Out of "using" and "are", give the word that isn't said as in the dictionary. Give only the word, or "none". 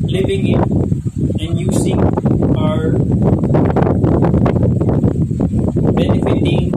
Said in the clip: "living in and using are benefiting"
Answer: using